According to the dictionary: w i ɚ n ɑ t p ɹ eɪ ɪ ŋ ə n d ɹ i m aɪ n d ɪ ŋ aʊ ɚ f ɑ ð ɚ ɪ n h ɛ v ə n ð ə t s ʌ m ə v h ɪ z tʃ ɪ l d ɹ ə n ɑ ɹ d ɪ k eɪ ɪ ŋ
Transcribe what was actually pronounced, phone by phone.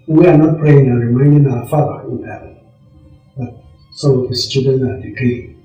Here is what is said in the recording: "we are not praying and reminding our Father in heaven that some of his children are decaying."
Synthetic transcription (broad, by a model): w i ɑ n ɑ t p ɹ eɪ ɪ ŋ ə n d ɹ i m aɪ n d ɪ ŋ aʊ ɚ f ɑ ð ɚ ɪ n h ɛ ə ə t s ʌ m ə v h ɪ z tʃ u d ə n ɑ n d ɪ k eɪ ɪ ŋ